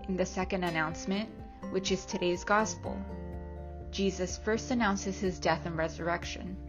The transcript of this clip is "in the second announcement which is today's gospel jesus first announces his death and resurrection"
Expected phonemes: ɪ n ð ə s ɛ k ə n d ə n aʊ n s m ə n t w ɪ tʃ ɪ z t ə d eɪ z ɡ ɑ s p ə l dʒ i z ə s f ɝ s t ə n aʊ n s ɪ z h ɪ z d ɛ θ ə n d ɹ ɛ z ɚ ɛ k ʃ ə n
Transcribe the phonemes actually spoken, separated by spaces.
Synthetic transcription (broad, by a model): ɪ n ð ə s ɛ k ə n d ə n aʊ n s m ə n t w ɪ tʃ ɪ z t ə d eɪ z ɡ ɑ s p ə l dʒ i z ə s f ɝ s t ə n aʊ n s ɪ z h ɪ z d ɛ θ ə n ɹ ɛ z ɚ ɛ k ʃ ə n